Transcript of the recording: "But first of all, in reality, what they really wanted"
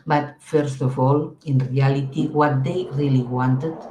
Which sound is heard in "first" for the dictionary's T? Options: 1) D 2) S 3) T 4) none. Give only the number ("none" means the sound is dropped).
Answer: 3